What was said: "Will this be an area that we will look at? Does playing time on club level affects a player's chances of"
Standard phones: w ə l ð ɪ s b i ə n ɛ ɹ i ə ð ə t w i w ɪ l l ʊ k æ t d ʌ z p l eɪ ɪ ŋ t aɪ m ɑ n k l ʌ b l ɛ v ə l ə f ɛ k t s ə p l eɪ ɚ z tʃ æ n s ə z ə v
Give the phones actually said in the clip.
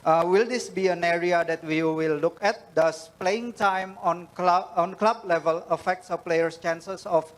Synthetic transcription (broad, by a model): w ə l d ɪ s b i ə n ɛ ɹ i ə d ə t w i w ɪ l l ʊ k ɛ t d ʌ s p l eɪ ɪ ŋ t aɪ m ɑ n k l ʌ b l ɛ v ə l ə f ɛ k t s ə p l eɪ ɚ s tʃ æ n s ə s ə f